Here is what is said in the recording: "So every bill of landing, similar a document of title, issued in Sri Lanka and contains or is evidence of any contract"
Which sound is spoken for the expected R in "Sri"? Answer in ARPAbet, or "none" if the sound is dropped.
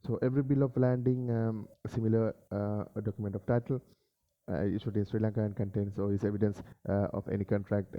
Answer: R